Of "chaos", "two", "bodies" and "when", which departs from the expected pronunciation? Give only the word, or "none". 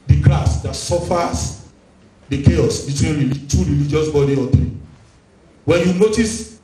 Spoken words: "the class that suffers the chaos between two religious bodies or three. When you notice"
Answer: bodies